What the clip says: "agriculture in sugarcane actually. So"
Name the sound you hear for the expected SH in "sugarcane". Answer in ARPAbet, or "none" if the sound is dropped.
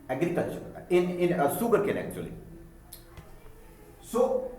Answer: S